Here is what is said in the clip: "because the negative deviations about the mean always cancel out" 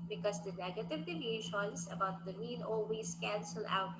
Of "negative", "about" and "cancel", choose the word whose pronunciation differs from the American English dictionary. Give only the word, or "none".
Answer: none